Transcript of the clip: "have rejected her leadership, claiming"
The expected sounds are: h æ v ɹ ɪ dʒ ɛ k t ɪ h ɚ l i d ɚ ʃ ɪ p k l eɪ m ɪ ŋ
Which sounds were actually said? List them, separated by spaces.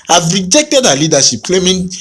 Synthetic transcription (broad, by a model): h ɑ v ɹ ɪ dʒ ɛ k t ɪ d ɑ l i d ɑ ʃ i p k l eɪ m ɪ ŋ